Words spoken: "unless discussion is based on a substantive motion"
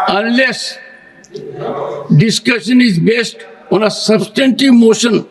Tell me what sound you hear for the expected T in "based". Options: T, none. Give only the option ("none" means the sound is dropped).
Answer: T